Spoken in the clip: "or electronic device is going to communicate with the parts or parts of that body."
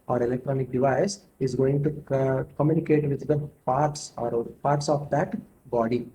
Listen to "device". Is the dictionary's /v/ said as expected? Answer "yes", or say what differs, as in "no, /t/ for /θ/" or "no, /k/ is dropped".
yes